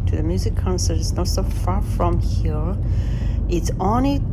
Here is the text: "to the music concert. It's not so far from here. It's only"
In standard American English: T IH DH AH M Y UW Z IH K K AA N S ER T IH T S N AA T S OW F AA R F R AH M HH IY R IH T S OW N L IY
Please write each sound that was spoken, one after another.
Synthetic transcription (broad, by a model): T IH DH AH M Y UW Z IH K K AA N S ER T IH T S N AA T S OW F AA R F R AH M HH IY R IH T S OW N L IY